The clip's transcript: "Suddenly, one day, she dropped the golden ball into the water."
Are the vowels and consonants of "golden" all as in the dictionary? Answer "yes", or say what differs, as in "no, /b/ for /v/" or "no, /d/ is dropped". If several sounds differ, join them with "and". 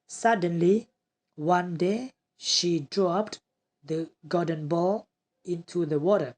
no, /l/ is dropped